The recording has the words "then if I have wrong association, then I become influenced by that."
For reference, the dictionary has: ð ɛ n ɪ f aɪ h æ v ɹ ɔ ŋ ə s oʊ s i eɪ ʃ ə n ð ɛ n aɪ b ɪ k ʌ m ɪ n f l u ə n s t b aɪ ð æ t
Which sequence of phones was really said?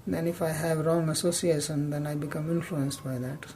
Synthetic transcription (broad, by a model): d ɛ n ɪ f aɪ h æ v ɹ ɔ ŋ ə s oʊ s i eɪ ʃ ə n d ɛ n aɪ b ɪ k ʌ m ɪ n f l u ə n s t b aɪ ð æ t